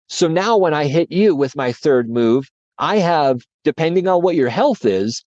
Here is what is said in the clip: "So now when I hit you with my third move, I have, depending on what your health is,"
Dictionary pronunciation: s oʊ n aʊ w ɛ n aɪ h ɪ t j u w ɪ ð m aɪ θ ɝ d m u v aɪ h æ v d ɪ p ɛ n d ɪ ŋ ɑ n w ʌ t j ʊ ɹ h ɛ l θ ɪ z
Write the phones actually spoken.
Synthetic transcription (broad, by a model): s oʊ n aʊ w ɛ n aɪ h ɪ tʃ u w ɪ ð m aɪ θ ɝ d m u v aɪ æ v d ɪ p ɛ n d ɪ ŋ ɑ n w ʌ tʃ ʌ ɹ h ɛ l θ ɪ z